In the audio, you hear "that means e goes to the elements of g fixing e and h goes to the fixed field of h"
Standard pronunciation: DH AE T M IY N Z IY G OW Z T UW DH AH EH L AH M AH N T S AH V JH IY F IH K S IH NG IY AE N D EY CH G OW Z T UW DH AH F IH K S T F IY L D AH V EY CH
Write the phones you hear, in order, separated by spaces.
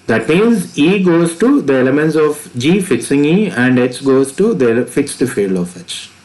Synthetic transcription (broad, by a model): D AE T M IY N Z IY G OW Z T UW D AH EH L AH M AH N T S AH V JH IY F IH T S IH NG IY AE N D EY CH G OW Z T UW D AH F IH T S T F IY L AH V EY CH